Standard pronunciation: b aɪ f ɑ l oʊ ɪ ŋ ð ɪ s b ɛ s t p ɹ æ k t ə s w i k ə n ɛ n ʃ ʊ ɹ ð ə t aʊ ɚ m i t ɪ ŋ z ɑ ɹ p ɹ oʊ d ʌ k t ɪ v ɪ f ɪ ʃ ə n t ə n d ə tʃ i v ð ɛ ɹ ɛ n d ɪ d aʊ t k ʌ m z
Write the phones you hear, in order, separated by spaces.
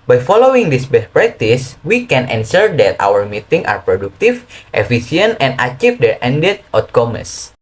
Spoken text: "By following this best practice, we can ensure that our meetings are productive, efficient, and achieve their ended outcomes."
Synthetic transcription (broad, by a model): b aɪ f ɑ l oʊ ɪ ŋ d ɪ s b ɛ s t p ɹ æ k t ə s w i k ə n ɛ n s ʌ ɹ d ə t aʊ ɚ m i t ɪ ŋ ɑ ɹ p ɹ oʊ d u k t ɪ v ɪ f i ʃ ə n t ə n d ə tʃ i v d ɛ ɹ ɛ n d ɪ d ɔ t k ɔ m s